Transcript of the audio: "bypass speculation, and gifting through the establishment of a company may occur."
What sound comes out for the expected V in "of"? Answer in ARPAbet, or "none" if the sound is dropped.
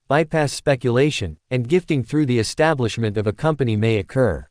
V